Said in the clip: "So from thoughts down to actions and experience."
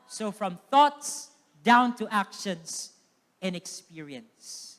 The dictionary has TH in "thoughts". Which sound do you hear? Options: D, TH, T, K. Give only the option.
TH